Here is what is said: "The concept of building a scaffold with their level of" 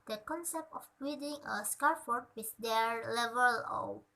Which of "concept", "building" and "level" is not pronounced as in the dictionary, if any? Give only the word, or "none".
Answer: building